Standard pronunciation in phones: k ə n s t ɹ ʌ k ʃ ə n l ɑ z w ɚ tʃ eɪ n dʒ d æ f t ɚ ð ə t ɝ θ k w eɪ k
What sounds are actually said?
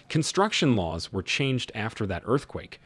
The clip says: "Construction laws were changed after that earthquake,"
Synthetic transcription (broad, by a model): k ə n s t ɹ ʌ k ʃ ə n l ɑ z w ɚ tʃ eɪ n dʒ d æ f t ɚ ð ə t ɝ θ k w eɪ k